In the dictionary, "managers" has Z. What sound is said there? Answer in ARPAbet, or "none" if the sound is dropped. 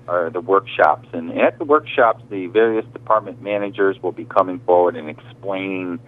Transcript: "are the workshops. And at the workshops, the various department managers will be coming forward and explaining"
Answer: Z